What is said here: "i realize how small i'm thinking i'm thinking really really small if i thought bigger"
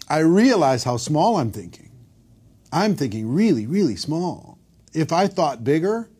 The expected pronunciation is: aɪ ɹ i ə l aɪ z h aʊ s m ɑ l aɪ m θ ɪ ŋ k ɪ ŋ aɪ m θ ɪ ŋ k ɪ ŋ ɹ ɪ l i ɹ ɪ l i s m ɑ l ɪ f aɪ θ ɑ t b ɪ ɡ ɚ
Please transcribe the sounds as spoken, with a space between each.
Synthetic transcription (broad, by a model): aɪ ɹ i ə l aɪ z h aʊ s m ɑ l aɪ m θ ɪ ŋ k ɪ ŋ aɪ m θ ɪ ŋ k ɪ ŋ ɹ ɪ l i ɹ ɪ l i s m ɑ l ɪ f aɪ θ ɑ t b ɪ ɡ ɚ